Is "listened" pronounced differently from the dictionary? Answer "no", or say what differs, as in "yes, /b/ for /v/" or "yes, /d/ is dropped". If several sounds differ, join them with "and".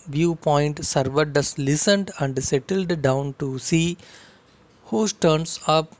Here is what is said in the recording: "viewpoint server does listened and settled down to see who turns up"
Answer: no